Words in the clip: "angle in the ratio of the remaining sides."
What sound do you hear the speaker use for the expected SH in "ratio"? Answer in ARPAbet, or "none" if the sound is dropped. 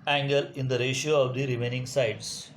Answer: SH